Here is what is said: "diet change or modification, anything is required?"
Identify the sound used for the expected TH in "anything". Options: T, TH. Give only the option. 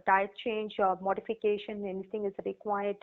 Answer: T